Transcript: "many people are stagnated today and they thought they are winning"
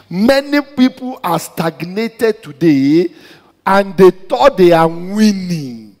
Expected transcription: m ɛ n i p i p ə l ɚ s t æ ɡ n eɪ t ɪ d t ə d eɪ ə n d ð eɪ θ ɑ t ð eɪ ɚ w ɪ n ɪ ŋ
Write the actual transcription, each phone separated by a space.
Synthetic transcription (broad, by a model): m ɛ n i p i p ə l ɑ s t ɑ ɡ n eɪ t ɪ d t ə d eɪ ə n d eɪ t ɑ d eɪ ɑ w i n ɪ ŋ